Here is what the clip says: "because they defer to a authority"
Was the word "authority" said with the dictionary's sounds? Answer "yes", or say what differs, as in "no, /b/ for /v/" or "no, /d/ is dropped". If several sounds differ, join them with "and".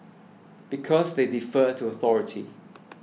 yes